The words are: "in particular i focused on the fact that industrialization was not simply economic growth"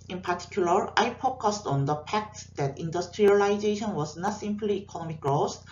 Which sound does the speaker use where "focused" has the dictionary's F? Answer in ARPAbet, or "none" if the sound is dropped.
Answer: P